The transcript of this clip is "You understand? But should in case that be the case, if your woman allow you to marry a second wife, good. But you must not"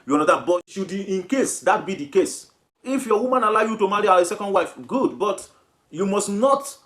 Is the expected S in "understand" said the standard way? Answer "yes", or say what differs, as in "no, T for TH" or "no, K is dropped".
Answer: no, S is dropped